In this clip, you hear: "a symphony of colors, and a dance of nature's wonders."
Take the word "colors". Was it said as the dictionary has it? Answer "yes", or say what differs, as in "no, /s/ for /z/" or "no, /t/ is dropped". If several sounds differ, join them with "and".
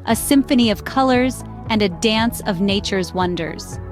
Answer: yes